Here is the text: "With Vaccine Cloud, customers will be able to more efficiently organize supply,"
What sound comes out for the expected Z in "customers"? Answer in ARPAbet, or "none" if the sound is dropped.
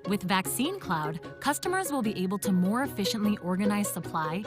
Z